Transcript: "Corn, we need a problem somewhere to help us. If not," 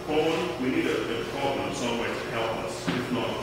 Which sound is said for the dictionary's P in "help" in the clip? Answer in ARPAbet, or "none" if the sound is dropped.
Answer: P